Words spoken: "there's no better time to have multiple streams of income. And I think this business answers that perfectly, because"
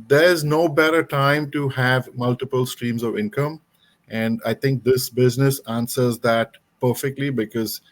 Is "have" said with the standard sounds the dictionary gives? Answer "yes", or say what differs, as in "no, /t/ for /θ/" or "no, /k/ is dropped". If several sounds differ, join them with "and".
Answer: yes